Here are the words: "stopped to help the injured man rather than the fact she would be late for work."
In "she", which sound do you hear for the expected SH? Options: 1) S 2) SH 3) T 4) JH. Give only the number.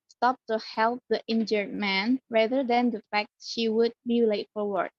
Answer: 2